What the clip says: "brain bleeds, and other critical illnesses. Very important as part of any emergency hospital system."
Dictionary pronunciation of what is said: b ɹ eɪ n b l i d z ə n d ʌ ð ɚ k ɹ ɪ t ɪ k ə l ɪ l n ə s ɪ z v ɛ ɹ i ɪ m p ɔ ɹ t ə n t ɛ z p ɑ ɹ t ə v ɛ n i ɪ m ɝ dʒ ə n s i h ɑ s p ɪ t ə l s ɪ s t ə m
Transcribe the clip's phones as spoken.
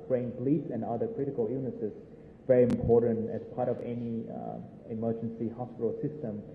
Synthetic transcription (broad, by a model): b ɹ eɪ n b l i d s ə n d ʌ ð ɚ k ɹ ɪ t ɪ k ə l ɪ n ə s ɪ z v ɛ ɹ i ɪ m p ɔ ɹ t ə n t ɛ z p ɑ ɹ t ə v ɛ n i ɪ m ɝ dʒ ə n s i h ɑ s p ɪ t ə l s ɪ s t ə m